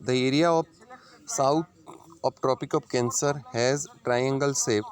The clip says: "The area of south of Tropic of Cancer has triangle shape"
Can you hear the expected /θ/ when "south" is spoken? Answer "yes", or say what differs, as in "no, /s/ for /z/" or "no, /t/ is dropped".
no, /t/ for /θ/